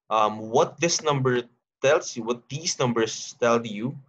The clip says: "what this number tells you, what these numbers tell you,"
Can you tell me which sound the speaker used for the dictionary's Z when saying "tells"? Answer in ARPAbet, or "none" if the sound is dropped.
S